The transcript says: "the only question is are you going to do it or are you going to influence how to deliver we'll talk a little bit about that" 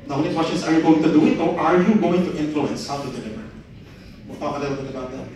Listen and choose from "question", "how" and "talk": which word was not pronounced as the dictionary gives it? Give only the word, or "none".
talk